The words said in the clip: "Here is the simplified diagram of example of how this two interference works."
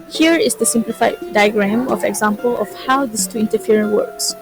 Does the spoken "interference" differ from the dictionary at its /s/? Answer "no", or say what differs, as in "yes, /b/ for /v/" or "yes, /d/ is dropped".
yes, /s/ is dropped